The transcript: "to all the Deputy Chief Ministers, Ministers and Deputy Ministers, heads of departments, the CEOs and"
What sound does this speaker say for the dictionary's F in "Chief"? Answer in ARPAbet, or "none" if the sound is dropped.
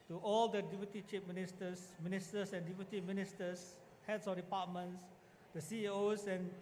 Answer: P